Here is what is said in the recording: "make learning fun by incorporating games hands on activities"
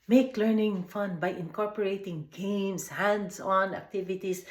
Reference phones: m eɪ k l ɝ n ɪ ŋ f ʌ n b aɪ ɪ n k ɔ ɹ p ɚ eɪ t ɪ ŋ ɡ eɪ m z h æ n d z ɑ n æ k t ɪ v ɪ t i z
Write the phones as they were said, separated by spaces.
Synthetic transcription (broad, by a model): m eɪ k l ɝ n ɪ ŋ f ʌ n b aɪ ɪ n k ɔ ɹ p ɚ eɪ t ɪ ŋ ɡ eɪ m s h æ n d s ɑ n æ k t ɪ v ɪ t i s